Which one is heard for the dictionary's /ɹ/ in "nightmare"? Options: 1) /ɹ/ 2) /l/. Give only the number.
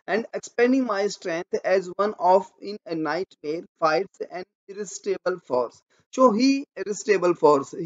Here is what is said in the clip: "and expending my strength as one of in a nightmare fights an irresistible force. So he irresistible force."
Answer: 1